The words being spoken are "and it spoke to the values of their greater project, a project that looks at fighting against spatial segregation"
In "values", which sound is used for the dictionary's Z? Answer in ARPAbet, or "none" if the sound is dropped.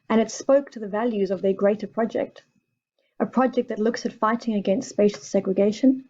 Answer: Z